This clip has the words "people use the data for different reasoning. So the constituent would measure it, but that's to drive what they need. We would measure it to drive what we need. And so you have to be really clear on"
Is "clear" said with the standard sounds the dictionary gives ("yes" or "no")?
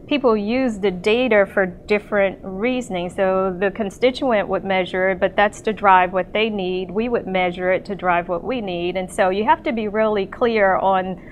yes